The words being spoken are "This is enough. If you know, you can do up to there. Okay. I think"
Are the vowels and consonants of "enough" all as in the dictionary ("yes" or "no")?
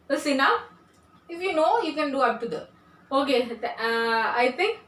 no